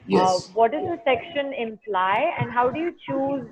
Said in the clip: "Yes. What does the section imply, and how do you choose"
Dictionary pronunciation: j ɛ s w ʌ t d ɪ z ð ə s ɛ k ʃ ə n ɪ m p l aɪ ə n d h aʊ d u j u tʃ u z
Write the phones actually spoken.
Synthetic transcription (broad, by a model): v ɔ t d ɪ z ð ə s ɛ k ʃ ə n ɪ m p l aɪ ə n d h aʊ d u j u tʃ u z